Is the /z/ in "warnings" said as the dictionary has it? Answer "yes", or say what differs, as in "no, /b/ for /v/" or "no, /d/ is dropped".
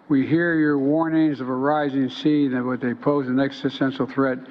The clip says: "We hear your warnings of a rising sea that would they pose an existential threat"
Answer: yes